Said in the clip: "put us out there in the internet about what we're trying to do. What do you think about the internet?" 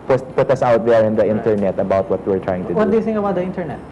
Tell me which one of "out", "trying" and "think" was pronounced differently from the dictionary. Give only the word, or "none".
think